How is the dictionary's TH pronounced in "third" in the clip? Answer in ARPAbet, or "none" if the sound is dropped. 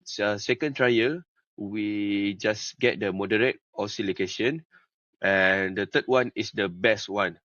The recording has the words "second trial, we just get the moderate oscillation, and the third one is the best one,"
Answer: T